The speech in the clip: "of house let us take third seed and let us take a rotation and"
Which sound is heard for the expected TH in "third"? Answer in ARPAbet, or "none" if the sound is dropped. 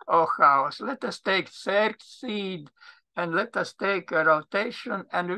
S